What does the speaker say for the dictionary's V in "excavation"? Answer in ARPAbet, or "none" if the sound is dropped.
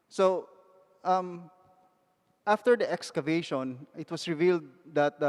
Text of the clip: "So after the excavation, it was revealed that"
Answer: V